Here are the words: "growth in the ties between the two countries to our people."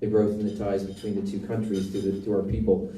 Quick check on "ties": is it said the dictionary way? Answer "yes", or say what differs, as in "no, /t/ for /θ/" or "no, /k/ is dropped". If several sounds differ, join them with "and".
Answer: yes